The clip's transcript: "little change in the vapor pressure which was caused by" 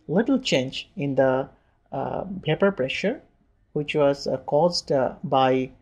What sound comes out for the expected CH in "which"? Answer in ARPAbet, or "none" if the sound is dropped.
CH